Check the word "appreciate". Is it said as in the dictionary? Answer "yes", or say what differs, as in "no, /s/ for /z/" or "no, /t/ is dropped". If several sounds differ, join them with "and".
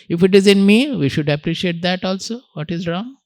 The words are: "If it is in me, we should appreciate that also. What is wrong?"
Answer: yes